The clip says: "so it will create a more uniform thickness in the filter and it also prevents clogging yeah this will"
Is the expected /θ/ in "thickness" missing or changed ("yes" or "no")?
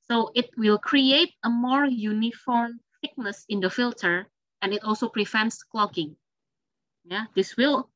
yes